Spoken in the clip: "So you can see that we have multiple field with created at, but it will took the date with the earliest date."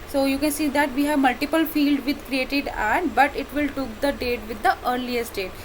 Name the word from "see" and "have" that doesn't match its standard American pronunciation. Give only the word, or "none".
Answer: none